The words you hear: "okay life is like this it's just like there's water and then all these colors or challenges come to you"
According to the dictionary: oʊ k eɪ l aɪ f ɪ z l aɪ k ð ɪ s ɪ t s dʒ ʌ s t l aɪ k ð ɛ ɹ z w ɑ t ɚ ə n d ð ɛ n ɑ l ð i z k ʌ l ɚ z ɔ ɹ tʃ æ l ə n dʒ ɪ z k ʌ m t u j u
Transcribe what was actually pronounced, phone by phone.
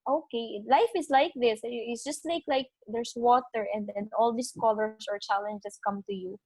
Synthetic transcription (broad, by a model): oʊ k eɪ l aɪ f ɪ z l aɪ k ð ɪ s ɪ t s dʒ ʌ s t l aɪ k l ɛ ɹ s w ɑ t ɚ ə n d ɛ n ɑ l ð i s k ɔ l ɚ s ɔ ɹ tʃ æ l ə n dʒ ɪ s k ʌ m t u j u